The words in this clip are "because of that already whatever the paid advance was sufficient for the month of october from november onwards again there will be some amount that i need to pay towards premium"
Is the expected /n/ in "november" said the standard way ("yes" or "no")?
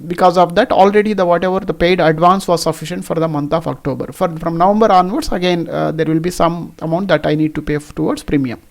yes